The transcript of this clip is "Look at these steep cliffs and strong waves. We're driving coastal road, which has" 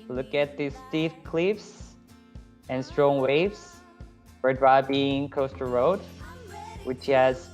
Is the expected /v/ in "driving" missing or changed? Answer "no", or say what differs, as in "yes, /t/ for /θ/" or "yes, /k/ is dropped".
yes, /b/ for /v/